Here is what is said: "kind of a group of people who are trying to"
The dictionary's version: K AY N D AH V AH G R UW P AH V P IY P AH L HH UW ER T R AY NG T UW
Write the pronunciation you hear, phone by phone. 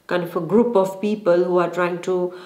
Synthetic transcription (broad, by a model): K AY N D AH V AH G R UW P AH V P IY P AH L HH UW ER T R AY NG T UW